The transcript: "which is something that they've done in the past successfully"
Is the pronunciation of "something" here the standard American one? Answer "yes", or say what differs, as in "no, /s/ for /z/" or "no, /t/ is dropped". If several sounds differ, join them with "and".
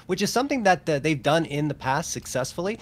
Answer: yes